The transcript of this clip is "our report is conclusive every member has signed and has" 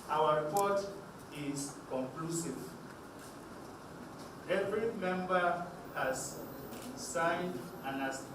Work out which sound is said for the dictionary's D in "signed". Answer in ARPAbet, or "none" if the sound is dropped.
D